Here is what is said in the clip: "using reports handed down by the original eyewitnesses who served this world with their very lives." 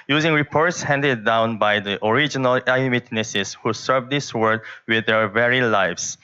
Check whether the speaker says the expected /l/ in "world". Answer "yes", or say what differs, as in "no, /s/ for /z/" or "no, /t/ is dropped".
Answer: no, /l/ is dropped